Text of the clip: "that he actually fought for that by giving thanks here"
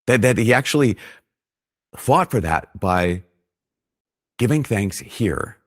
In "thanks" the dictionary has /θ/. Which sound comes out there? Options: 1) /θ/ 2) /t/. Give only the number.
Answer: 1